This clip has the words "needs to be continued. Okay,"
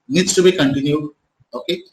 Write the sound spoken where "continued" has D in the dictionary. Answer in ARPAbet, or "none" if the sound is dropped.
none